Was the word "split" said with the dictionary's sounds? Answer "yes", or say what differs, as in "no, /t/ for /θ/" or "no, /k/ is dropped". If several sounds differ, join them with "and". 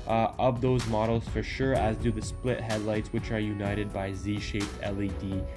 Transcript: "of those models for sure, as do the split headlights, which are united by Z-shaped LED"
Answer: yes